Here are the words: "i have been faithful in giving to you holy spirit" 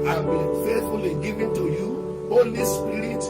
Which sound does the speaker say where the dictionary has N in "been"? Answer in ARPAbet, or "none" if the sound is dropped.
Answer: L